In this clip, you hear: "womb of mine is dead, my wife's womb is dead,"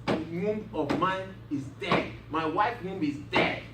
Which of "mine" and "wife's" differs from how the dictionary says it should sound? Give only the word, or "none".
wife's